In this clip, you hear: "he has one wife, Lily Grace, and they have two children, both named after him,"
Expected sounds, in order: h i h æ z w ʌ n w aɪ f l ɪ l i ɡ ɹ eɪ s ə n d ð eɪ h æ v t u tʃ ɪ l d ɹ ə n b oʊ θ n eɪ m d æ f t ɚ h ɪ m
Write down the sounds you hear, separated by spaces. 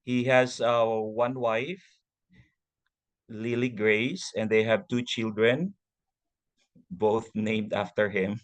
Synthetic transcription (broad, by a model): h i h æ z w ʌ n w aɪ f l ɪ l i ɡ ɹ eɪ s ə n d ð eɪ h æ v t u tʃ ɪ l d ɹ ə n b oʊ θ n eɪ m d æ f t ɚ h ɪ m